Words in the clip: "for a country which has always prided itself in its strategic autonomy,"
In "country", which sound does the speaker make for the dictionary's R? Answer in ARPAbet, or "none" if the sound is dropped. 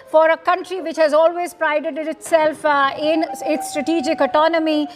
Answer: R